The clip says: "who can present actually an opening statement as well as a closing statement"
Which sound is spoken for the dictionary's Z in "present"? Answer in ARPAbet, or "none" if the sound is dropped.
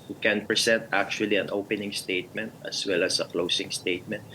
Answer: S